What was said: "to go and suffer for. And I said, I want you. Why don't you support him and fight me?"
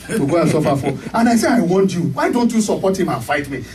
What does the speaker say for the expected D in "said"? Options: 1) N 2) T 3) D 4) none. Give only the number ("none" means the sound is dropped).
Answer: 4